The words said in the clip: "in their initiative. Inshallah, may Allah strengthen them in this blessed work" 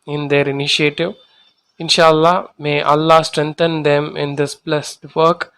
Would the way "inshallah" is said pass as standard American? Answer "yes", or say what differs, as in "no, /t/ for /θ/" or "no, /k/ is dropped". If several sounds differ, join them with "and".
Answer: yes